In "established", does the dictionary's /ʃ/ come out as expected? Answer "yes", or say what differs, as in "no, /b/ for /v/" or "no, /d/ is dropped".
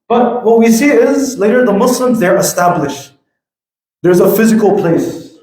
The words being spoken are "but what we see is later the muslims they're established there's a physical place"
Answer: yes